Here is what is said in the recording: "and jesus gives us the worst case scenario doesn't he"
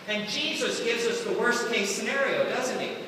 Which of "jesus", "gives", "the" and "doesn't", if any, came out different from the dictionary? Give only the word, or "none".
none